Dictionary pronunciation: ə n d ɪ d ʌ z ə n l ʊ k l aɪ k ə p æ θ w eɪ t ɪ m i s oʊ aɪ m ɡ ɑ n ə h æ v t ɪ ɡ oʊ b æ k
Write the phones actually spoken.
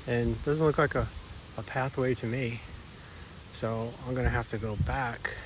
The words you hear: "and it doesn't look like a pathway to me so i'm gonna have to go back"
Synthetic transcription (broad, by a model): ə n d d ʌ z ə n l ʊ k l aɪ k ə p æ θ w eɪ t ɪ m i s oʊ aɪ m ɡ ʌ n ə h æ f t ɪ ɡ oʊ b æ k